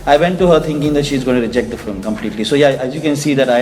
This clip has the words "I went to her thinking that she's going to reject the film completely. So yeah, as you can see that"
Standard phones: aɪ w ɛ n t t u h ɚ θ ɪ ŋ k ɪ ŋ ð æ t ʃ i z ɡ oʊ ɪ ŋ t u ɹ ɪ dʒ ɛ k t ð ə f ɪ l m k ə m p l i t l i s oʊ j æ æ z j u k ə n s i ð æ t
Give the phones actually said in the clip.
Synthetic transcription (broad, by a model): aɪ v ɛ n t t u h ɚ t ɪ ŋ k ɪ ŋ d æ t ʃ i z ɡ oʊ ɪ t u ɹ ɪ dʒ ɛ k t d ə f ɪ m k ə m p l i t l i s oʊ j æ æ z j u k ə n s i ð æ t